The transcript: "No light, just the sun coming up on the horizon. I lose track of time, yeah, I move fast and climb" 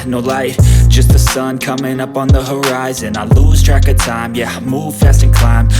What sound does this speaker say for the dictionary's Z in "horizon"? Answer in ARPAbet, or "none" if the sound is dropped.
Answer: Z